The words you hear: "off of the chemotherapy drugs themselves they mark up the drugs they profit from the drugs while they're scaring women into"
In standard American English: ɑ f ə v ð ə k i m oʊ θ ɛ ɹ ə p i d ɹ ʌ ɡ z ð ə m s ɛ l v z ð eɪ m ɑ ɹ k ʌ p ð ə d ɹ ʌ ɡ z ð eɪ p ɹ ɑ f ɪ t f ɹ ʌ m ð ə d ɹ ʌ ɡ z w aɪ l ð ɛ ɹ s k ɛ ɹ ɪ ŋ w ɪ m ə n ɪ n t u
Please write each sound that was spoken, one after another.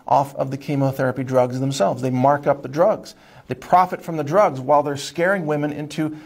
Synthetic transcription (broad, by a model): ɑ f ə v ð ə k i m oʊ θ ɛ ɹ ə p i d ɹ ʌ ɡ z ð ə m s ɛ l v z ð eɪ m ɑ ɹ k ʌ p ð ə d ɹ ʌ ɡ z ð eɪ p ɹ ɑ f ɪ t f ɹ ʌ m ð ə d ɹ ʌ ɡ z w aɪ l ð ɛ ɹ s k ɛ ɹ ɪ ŋ w ɪ m ə n ɪ n t u